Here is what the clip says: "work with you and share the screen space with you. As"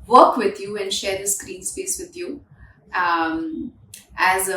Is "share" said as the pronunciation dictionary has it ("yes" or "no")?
yes